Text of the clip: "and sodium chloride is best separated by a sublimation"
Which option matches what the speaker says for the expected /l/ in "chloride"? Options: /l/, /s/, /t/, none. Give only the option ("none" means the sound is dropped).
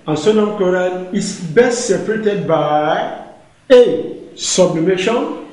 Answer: none